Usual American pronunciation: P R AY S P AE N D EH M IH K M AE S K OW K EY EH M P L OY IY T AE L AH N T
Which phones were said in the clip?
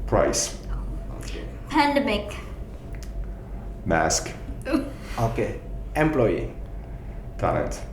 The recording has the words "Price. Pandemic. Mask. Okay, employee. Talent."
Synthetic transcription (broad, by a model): P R AY S P AE N D EH M IH K M AE S K OW K EY EH M P L OY IY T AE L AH N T